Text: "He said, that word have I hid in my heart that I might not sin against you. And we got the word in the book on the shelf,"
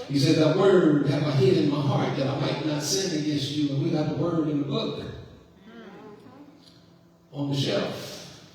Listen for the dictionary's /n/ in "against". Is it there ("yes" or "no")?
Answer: no